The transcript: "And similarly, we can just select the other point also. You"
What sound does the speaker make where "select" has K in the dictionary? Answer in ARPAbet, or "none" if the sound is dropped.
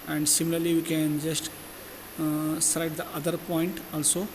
none